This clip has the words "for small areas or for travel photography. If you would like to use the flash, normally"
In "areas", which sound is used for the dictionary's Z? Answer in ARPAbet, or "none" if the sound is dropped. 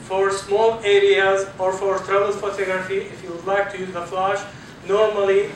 Z